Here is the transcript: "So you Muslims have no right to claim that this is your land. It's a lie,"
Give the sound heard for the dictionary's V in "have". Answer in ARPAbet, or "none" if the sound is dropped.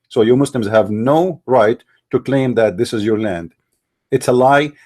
V